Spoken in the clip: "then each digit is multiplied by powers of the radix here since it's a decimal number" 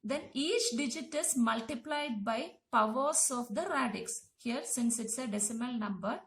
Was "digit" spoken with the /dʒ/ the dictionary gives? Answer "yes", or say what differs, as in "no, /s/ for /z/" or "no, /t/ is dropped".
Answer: yes